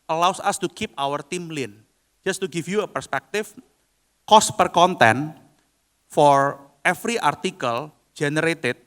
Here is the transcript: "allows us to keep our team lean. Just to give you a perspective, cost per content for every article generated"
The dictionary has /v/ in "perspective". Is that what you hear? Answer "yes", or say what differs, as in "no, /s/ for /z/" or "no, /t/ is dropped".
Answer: no, /f/ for /v/